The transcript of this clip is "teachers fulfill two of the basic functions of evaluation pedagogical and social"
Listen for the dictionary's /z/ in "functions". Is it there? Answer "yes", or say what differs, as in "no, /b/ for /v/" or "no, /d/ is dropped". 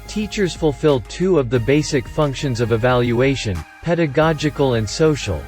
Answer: yes